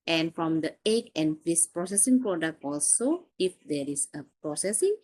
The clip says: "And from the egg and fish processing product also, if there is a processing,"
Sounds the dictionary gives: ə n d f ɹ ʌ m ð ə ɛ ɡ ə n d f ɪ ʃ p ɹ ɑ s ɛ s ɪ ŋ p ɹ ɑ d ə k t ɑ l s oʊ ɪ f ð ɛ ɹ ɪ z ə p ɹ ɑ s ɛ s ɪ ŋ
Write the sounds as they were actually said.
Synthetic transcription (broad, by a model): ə n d f ɹ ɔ m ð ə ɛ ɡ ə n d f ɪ s p ɹ ɑ s ɛ s ɪ ŋ p ɹ ɑ d ə k t ɑ l s oʊ ɪ f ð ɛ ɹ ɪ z ə p ɹ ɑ s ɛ s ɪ ŋ